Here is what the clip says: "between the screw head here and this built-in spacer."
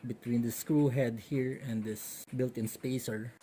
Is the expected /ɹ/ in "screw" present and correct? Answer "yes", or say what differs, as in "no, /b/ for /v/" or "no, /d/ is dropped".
yes